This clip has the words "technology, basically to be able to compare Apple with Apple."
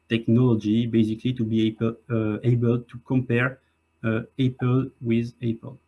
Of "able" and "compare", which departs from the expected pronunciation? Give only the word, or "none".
none